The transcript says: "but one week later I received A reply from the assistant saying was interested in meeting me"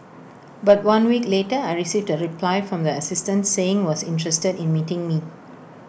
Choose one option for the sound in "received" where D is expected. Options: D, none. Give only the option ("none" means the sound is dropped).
D